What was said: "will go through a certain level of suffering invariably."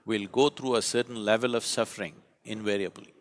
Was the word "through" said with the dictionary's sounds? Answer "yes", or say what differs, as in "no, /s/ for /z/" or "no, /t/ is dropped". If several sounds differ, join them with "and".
no, /t/ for /θ/